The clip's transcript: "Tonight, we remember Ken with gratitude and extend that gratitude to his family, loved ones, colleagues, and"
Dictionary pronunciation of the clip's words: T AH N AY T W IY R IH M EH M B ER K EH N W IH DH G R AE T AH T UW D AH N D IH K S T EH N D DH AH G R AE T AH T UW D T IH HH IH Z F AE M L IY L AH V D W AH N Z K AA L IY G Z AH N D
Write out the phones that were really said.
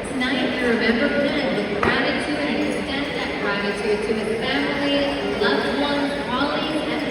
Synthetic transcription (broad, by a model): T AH N AY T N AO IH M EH M B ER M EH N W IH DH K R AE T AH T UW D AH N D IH S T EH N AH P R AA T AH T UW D T IH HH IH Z F AE M L IY L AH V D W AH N K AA L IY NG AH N